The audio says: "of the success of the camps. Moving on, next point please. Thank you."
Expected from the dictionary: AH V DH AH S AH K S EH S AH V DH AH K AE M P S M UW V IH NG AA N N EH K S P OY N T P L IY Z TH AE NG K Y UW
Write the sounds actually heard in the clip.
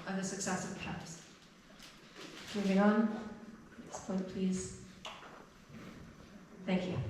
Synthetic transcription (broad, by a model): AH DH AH S AH K S EH S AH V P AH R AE P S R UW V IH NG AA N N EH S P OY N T P L IY Z TH AE NG K Y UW